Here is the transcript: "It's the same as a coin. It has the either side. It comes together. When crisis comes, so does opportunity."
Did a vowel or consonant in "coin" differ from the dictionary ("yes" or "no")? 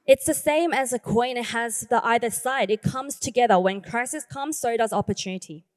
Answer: yes